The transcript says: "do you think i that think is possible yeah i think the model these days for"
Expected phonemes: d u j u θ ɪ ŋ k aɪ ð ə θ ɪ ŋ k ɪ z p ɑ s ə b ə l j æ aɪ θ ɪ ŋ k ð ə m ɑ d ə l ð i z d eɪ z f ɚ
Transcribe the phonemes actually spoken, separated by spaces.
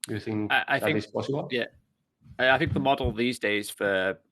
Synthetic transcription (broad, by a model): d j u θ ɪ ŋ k aɪ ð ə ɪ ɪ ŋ ɪ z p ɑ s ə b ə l j æ aɪ θ ɪ ŋ k ð ə m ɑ d l ð i z d eɪ z f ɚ